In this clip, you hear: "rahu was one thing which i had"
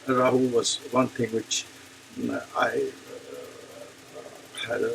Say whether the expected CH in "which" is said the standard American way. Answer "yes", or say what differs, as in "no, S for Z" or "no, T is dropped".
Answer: yes